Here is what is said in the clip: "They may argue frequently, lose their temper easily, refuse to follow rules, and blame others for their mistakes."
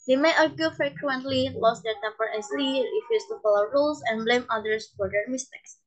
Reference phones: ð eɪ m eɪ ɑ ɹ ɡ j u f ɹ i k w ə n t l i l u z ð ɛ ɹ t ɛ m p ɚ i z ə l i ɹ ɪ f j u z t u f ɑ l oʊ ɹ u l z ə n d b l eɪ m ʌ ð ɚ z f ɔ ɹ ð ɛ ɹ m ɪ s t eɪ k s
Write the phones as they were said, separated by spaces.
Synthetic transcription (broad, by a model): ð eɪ m eɪ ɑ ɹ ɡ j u f ɹ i k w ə n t l i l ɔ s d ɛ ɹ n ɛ m b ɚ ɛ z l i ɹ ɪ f j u s t u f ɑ l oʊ ɹ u l s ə n b l eɪ m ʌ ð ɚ s f ɔ ɹ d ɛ ɹ m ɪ s t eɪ k s